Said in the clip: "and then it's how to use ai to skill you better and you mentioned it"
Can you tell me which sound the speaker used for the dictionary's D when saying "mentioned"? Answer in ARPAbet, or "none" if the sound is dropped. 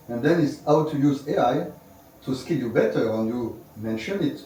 none